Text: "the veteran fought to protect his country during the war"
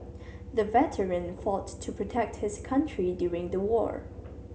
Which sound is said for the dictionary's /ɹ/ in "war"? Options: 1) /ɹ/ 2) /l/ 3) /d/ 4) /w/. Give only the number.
1